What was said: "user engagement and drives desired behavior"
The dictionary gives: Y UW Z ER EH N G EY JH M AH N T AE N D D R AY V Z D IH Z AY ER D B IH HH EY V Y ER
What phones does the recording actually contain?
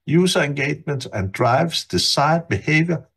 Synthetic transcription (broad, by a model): Y UW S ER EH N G EY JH M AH N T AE N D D R AY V S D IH S AY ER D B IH HH EY V Y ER